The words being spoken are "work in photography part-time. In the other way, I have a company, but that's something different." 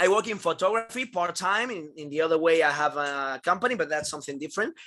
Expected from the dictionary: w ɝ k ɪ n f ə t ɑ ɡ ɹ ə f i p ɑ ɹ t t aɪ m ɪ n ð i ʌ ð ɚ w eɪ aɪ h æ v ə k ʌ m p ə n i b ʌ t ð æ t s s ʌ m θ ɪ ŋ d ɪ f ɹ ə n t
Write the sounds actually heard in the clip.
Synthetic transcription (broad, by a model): w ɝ k ɪ n f ə t ɑ ɡ ɹ ə f i p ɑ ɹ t t aɪ m ɪ n ð i ʌ ð ɚ w eɪ aɪ h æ v ə k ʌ m p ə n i b ʌ t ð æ t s s ʌ m θ ɪ ŋ d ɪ f ɹ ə n t